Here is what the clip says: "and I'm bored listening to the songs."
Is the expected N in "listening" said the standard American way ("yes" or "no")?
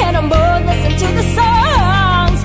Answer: no